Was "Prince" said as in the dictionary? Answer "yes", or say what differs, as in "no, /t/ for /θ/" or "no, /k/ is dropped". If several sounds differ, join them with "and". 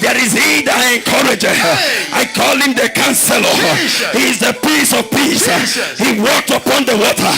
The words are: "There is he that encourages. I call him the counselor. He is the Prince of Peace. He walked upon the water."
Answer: no, /ɹ/ is dropped and /n/ is dropped